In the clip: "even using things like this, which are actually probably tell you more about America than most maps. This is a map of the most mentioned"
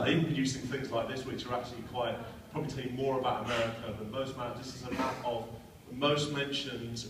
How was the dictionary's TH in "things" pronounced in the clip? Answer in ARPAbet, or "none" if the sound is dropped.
TH